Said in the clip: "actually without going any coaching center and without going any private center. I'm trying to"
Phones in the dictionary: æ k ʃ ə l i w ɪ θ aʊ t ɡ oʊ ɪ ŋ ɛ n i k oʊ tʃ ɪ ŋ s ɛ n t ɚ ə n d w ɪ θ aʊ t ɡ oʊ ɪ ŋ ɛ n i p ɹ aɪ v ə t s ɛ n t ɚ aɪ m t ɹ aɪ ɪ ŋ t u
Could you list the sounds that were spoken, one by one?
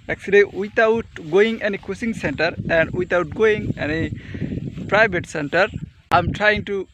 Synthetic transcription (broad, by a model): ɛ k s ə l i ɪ t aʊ t ɡ oʊ ɪ ŋ ɛ n i k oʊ s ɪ ŋ s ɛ n t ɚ ə n d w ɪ t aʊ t ɡ oʊ ɪ ŋ ɛ n i p ɹ aɪ b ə t s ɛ n t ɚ aɪ m t ɹ aɪ ɪ ŋ t u